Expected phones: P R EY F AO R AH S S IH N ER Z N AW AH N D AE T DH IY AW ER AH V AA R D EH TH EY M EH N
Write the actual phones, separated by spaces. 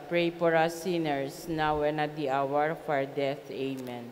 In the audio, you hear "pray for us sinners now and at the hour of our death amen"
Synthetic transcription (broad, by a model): P R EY P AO R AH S S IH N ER S N AW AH N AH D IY AW ER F AA R D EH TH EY M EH N